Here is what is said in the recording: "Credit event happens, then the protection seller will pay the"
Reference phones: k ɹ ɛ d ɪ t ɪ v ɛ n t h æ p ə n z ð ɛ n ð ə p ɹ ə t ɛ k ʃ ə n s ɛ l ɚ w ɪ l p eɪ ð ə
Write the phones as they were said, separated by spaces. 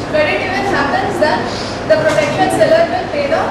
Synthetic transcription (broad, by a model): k ɹ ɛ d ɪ t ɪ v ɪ t h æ p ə n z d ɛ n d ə p ɹ ə t ɛ k ʃ ə n s ɛ l ɚ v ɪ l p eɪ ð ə